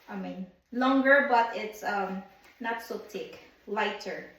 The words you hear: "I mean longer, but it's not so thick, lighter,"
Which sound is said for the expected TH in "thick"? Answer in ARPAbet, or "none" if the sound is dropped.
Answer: T